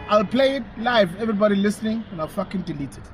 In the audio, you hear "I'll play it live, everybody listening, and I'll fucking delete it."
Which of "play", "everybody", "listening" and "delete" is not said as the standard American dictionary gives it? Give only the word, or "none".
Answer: none